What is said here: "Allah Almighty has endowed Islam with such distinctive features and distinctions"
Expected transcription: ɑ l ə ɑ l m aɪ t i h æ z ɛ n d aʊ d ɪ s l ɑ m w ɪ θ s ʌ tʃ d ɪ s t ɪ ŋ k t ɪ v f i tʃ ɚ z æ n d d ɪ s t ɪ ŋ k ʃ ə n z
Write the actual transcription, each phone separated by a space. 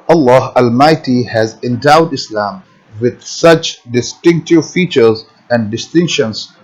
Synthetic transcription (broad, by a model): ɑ l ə ɑ l m aɪ t i h æ z ɛ n d aʊ d ɪ s l ɑ m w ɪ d s ʌ tʃ d ɪ s t ɪ ŋ k t ɪ v f i tʃ ɚ z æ n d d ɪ s t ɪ ŋ k ʃ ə n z